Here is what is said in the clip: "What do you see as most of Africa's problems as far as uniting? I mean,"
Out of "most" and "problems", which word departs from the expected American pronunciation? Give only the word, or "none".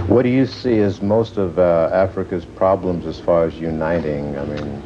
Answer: none